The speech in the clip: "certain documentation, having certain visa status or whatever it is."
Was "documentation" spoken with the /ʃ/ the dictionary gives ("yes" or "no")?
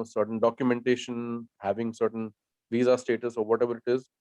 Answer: yes